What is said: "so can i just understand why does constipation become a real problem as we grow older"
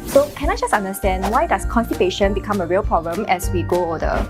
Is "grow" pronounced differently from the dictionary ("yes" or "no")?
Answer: yes